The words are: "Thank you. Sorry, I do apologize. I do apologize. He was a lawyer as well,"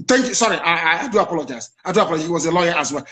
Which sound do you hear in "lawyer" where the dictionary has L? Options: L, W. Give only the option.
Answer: L